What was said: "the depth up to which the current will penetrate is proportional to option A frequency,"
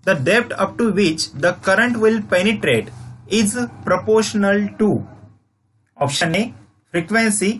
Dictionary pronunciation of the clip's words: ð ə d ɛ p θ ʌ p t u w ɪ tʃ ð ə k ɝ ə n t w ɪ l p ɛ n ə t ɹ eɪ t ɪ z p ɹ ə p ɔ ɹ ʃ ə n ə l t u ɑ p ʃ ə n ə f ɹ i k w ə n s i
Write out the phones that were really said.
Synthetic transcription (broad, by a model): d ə d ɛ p t ʌ p t u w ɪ tʃ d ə k ɝ ə n t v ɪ l p ɛ n ə t ɹ eɪ t ɪ z p ɹ ə p ɔ ɹ ʃ ə n ə l t u ɑ p ʃ ə n ə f ɹ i k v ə n s i